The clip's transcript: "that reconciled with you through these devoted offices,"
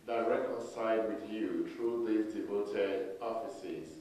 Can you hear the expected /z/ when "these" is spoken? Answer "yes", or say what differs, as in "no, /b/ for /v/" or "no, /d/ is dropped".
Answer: no, /z/ is dropped